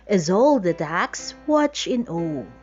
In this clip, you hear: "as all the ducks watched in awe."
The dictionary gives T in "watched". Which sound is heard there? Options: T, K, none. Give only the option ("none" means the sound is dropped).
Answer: none